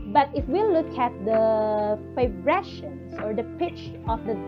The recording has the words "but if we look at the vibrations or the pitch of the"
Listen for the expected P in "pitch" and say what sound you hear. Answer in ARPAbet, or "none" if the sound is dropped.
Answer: P